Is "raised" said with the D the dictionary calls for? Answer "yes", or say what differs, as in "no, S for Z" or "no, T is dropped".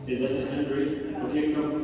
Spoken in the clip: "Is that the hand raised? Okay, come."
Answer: no, D is dropped